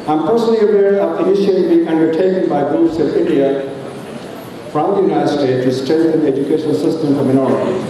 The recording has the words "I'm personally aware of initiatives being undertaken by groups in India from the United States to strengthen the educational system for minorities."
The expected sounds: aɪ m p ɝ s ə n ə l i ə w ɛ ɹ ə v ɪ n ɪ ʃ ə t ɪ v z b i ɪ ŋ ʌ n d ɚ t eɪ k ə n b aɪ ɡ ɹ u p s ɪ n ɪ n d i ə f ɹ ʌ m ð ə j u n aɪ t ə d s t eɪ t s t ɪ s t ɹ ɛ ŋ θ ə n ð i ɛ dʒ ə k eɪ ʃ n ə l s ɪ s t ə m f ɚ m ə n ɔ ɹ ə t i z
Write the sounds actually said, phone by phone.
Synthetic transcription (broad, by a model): aɪ m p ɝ s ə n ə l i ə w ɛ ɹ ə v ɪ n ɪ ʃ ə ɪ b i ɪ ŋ ʌ n d ɚ t eɪ k ə n b aɪ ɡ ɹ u s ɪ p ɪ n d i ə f ɹ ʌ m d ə j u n aɪ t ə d s t eɪ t t ɪ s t ɛ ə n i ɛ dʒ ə k eɪ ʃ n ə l s ɪ s t ə m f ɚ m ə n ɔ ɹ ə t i